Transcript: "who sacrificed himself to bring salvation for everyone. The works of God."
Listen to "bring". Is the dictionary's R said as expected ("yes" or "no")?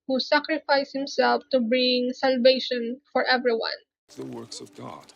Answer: yes